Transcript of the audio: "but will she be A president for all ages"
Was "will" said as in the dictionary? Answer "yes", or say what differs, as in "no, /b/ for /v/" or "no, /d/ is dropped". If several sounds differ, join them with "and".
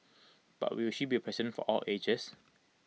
no, /w/ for /l/